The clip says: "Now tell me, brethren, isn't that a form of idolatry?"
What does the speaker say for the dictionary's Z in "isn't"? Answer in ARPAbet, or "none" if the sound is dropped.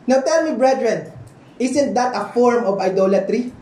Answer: S